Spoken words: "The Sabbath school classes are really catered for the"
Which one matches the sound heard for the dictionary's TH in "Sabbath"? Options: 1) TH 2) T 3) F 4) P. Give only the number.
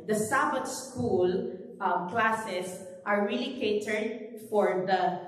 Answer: 2